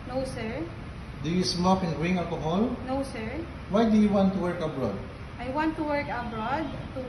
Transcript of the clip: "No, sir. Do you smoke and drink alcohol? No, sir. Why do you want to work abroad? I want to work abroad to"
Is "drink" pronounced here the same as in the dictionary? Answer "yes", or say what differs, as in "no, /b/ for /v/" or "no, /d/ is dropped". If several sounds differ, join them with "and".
no, /k/ is dropped